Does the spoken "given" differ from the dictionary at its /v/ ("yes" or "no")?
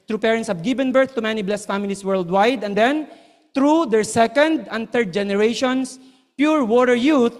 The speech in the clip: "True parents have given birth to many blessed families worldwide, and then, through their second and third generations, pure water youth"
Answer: yes